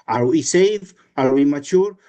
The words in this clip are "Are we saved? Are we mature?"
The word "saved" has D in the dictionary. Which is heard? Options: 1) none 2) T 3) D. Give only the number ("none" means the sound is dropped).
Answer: 1